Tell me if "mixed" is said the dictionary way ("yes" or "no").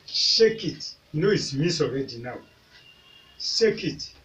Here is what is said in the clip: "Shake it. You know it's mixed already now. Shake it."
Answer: no